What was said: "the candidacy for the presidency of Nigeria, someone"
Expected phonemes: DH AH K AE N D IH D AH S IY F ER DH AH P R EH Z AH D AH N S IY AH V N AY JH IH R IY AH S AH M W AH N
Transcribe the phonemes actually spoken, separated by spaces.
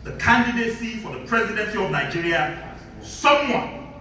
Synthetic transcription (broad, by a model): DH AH K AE N D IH D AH S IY F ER DH AH P R EH Z AH D AH N S IY AH V N AY JH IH R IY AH S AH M W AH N